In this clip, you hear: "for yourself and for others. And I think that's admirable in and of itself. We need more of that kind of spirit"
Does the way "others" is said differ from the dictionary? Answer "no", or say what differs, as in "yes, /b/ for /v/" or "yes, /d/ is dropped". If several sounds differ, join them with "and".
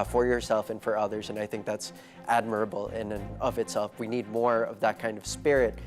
no